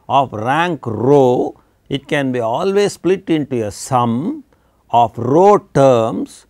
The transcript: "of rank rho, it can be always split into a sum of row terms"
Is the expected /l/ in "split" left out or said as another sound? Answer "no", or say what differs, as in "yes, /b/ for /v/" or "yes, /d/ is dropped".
no